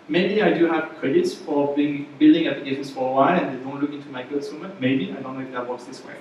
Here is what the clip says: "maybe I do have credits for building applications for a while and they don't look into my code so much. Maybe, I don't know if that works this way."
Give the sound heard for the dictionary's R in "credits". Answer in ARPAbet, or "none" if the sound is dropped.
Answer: R